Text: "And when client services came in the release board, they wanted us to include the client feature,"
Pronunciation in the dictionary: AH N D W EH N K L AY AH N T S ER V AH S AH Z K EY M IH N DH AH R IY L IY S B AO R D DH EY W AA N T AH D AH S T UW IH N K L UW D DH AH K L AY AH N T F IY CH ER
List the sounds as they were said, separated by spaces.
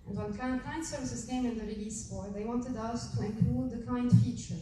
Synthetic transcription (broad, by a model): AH N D W EH N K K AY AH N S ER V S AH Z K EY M IH N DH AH R IY L IY S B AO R DH EY W AA N T AH D AH S T UW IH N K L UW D DH AH K AY N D F IY CH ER